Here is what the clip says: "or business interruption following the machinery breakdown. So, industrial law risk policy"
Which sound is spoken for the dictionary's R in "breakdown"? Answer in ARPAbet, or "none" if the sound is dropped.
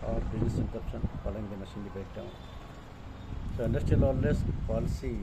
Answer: none